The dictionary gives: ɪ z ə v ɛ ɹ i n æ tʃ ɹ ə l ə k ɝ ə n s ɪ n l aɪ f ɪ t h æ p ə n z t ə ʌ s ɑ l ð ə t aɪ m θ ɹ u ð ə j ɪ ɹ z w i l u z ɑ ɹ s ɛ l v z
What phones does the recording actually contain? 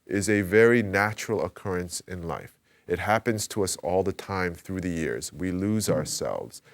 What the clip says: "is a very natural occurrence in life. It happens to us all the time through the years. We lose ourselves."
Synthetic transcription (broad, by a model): ɪ z ə v ɛ ɹ i n æ tʃ ɹ l ə k ɝ ə n s ɪ n l aɪ f ɪ t h æ p ə n z t ə ʌ s ɑ l ð ə t aɪ m θ ɹ u ð ə j ɪ ɹ z w i l u z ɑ ɹ s ɛ l v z